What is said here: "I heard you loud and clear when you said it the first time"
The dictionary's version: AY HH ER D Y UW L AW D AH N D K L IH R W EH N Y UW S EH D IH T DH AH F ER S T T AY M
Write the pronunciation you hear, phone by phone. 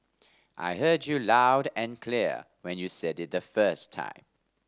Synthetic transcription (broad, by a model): AY HH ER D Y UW L AW D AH N K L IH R W EH N Y UW S EH D IH T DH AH F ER S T T AY M